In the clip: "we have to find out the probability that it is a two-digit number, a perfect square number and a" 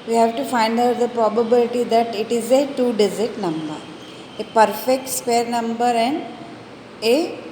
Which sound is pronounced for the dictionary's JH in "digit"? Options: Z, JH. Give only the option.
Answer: Z